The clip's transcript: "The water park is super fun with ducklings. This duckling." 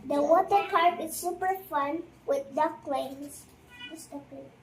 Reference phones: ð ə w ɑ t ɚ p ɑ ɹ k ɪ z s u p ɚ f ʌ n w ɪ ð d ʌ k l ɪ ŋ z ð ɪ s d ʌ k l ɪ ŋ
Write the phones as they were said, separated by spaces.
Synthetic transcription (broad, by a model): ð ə w ɑ t ɚ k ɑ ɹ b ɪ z s u p ɚ f ʌ n w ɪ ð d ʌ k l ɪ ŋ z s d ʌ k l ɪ